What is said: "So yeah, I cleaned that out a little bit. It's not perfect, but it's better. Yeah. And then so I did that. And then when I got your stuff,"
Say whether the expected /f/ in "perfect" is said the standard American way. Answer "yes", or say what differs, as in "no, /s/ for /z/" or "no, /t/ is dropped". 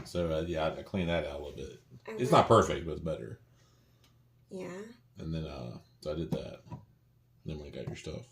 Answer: yes